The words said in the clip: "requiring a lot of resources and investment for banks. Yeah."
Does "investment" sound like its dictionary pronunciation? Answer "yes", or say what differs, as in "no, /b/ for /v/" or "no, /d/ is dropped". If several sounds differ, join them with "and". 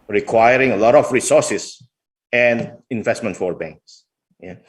yes